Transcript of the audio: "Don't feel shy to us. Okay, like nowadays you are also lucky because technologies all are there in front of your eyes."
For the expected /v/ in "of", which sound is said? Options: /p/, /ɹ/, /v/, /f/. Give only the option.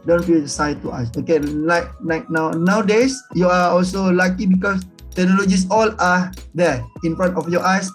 /f/